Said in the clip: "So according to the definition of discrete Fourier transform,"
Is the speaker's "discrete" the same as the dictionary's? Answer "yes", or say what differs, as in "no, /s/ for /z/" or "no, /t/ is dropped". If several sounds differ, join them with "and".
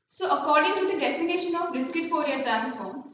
no, /ɹ/ is dropped